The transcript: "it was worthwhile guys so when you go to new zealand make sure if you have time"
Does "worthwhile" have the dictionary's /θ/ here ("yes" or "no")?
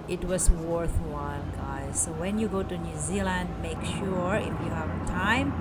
yes